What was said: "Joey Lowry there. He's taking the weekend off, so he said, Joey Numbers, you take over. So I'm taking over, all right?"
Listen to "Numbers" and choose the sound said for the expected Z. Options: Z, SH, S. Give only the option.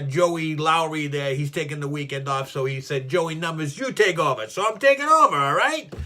Z